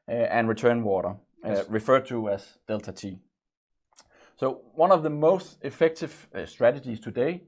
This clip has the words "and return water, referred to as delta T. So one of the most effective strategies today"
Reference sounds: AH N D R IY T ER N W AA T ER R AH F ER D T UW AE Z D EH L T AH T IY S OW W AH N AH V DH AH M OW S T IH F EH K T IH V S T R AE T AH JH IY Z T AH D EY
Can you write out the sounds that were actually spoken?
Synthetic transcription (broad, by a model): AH N R IY T ER N W AA T ER R AH F ER D T UW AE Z D EH L T AH T IY S OW W AH N AH V DH AH M OW S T IH F EH K T IH V S T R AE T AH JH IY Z T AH D EY